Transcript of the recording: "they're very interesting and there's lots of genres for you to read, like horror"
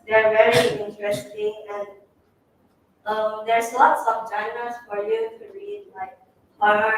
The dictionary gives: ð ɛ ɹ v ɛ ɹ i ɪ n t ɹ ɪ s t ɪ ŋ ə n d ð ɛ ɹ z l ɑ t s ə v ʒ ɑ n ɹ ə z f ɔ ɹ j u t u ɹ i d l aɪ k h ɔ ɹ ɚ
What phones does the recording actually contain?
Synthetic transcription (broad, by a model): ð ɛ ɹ v ɛ ɹ i ɪ n t ɹ ɪ s t ɪ ŋ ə n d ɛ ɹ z l ɑ t s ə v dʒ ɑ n ə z f ɔ ɹ j u t u ɹ i d l aɪ k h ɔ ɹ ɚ